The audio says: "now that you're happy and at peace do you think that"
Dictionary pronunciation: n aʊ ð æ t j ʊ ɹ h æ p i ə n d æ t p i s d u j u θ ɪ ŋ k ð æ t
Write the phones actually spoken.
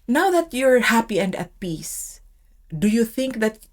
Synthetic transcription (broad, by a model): n aʊ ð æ t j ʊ ɹ h æ p i ə n d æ t p i s d u j u θ ɪ ŋ k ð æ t